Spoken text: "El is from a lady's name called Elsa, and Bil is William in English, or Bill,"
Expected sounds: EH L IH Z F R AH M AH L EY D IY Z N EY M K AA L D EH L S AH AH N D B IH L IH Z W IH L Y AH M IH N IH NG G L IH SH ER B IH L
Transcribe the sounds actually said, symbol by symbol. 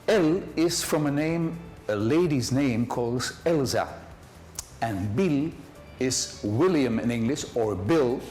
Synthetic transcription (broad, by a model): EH L IH Z F R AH M AH L EY D IY Z N EY M K AA L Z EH L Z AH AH N B IH L IH Z W IH L Y AH M IH N IH NG G L IH SH ER B IH L